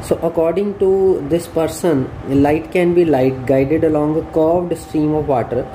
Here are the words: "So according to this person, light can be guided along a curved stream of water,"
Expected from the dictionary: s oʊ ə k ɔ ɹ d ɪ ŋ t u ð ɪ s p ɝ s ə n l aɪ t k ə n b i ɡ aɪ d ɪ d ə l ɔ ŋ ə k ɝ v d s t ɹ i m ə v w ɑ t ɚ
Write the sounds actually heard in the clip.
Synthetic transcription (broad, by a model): s oʊ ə k ɔ ɹ d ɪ ŋ t u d ɪ s p ɝ s ə n l aɪ t k ə n b i ɡ aɪ d ɪ d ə l ɔ ŋ ə k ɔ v d s t ɹ i m ə v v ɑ t ɚ